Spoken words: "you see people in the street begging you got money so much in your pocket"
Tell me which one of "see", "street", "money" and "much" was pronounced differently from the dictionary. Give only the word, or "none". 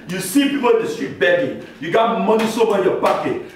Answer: much